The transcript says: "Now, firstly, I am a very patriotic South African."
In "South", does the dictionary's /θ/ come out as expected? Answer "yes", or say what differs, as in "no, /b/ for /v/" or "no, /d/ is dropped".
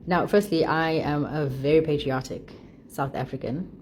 yes